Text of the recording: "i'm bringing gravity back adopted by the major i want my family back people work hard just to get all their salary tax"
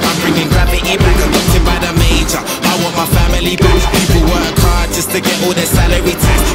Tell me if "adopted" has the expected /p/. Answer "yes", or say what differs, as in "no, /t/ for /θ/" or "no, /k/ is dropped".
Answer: no, /p/ is dropped